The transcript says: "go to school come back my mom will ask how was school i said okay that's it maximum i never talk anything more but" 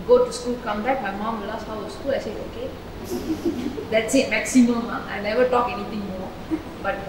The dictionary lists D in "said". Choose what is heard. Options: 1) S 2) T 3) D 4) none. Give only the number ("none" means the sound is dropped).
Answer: 4